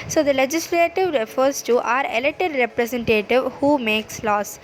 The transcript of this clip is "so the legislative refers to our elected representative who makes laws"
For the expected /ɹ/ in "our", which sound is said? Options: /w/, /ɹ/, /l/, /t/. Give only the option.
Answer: /ɹ/